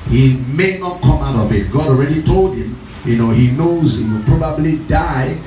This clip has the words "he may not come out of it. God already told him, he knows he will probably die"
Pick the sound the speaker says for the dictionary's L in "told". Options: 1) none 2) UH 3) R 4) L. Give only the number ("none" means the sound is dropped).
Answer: 4